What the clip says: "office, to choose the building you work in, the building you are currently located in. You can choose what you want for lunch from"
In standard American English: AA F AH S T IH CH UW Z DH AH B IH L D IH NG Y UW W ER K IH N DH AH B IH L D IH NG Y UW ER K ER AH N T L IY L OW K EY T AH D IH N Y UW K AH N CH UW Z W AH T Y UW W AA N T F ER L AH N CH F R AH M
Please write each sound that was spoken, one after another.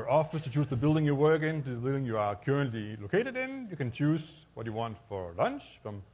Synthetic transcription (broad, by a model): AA F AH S T IH CH UW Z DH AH B IH L D IH NG Y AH W ER K IH N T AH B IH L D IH NG Y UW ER K ER AH N T L IY L OW K EY T AH D IH N Y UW K AH N CH UW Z W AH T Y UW W AA N T F ER L AH N CH F R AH M